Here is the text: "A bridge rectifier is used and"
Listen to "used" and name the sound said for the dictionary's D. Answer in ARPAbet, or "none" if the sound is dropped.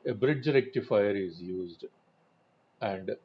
D